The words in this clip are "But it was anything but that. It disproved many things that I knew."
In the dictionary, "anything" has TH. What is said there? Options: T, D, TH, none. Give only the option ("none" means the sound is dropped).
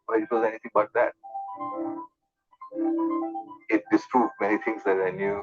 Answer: T